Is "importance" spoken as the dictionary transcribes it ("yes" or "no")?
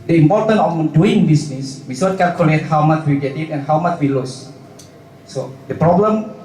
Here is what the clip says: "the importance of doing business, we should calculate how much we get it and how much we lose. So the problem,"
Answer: no